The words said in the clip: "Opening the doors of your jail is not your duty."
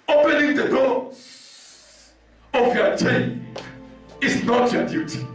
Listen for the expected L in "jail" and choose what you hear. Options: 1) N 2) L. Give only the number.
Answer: 1